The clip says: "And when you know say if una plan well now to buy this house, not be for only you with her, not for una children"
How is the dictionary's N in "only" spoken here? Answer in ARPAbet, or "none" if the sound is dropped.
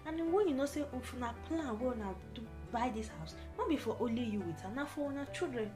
none